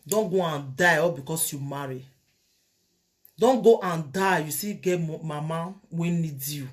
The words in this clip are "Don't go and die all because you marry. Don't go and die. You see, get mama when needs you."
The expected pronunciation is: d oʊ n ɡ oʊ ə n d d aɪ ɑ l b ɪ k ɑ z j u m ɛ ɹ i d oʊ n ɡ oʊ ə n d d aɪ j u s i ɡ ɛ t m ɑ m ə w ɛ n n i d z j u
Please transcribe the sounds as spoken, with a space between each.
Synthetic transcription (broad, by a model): d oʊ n ɡ oʊ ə n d d aɪ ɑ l b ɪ k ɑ s j u m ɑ ɹ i d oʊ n ɡ oʊ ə n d d aɪ j u s i ɡ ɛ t m ɑ m ə w ɛ n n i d j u